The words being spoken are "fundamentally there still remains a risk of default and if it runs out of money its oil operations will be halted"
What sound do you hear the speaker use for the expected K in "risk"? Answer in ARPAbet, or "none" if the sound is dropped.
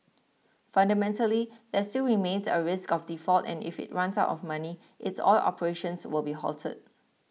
K